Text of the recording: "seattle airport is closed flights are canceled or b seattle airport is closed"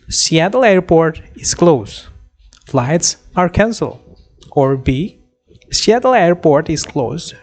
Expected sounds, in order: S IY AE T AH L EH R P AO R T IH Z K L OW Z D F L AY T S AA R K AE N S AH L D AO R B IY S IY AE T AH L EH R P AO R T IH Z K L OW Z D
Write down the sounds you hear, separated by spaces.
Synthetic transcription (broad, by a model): S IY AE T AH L EH R P AO R T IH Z K L OW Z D F L AY T S AA R K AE N S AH L AO R B IY S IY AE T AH L EH R P AO R T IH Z K L OW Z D